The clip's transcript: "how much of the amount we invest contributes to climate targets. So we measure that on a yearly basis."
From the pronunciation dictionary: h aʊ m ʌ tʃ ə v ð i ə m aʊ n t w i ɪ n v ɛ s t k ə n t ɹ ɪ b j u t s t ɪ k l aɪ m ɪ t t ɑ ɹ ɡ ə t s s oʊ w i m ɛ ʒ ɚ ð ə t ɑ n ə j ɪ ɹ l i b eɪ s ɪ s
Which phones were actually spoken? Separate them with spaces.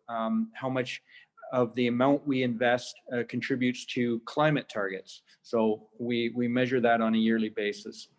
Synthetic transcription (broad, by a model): h aʊ m ʌ tʃ ə v ð i ə m aʊ n t w i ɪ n v ɛ s t k n t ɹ ɪ b j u t s t ɪ k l aɪ m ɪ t t ɑ ɹ ɡ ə t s s oʊ w i m ɛ ʒ ɚ ð ə t n ə j ɪ ɹ l i b eɪ s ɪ s